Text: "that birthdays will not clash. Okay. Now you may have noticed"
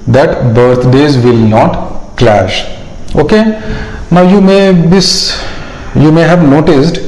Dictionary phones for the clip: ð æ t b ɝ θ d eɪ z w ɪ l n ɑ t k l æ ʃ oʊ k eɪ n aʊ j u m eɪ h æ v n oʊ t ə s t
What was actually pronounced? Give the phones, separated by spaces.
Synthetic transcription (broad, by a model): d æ t b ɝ t d eɪ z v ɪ l n ɑ t k l æ ʃ oʊ k eɪ n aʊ j u m eɪ h æ v n oʊ t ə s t